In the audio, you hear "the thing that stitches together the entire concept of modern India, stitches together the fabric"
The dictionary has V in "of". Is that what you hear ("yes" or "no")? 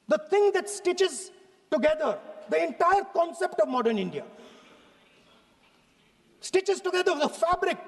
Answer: yes